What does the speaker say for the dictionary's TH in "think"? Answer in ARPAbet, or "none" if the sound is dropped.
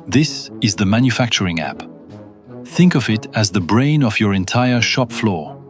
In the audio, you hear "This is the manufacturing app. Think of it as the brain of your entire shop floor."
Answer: TH